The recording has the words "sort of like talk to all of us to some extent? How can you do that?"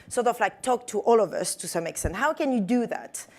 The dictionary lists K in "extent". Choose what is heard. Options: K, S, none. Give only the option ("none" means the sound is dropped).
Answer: K